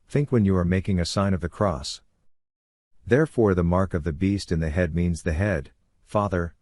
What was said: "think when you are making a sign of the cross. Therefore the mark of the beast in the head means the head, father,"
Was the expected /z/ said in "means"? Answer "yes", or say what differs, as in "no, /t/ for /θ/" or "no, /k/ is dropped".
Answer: yes